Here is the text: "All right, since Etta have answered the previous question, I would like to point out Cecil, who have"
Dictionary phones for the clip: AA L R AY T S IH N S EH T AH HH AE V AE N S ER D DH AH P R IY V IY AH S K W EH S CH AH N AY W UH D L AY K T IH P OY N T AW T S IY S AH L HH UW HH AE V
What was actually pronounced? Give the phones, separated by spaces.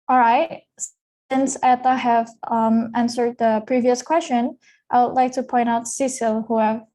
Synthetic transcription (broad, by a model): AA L R AY T S IH N S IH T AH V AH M AE N S ER D DH AH P R IY V IY AH S K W EH S CH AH N AY W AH D L AY K T IH P OY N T AW T S IY S AH L HH UW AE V